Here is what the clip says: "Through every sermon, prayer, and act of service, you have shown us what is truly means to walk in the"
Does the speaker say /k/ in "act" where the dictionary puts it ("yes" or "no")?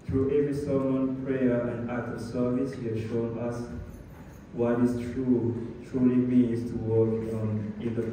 no